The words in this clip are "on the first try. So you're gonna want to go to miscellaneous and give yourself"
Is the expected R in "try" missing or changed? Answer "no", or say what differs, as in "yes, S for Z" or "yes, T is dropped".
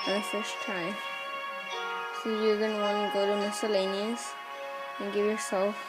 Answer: yes, R is dropped